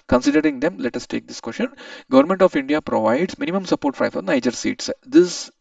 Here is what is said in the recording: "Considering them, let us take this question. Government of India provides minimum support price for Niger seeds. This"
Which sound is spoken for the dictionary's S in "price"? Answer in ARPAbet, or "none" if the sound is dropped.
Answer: none